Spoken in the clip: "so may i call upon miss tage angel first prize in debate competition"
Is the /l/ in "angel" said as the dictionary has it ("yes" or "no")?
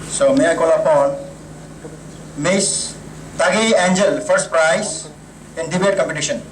yes